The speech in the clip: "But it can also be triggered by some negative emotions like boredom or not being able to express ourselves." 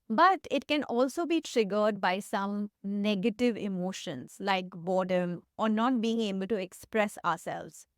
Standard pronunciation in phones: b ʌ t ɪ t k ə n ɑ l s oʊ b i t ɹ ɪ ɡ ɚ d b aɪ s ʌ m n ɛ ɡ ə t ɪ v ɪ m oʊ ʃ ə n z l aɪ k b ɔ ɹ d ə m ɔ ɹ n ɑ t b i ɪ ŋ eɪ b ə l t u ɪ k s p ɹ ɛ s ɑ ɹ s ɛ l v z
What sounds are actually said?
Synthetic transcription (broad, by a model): b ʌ t ɪ t k ə n ɑ l s oʊ b i t ɹ ɪ ɡ ɚ d b aɪ s ʌ m n ɛ ɡ ə t ɪ v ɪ m oʊ ʃ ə n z l aɪ k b ɔ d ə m ɔ ɹ n ɑ t b i ɪ ŋ eɪ b ə l t u ɪ k s p ɹ ɛ s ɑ ɹ s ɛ l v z